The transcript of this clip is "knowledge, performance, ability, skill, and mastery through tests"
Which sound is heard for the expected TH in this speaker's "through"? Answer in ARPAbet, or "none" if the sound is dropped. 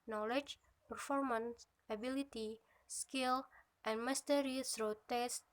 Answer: S